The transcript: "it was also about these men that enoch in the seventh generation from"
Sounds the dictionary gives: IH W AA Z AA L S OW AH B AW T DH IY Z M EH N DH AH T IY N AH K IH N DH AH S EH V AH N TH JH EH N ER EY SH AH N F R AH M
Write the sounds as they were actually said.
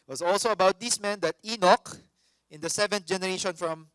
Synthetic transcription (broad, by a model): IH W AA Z AA L S OW AH B AW T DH IY S M EH N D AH T IY N AH K IH N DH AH S EH V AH N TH JH EH N ER EY SH AH N F R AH M